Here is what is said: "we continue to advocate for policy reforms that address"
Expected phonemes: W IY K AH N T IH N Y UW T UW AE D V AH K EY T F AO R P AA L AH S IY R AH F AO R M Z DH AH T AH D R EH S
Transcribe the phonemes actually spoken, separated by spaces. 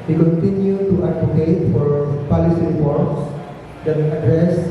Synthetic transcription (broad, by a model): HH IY K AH N T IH N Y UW T UW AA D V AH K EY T F AO R P AA L AH S IY R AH P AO R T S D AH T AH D R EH S